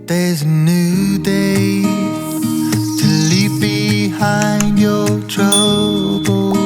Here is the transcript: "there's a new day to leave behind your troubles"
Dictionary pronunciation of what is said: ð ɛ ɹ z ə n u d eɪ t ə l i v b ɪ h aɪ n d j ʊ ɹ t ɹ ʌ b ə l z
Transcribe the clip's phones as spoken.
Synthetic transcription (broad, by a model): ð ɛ ɹ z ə n u d eɪ t ə l i p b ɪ h aɪ n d j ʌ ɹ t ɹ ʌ b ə l